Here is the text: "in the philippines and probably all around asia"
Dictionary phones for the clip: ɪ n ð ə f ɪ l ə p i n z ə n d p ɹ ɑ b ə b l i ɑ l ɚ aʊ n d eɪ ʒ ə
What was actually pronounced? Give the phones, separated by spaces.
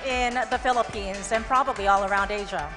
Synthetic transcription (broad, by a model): ɪ n ð ə f ɪ l ə p i n z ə n p ɹ ɑ b ə b l i ɑ l ɚ aʊ n d eɪ ʒ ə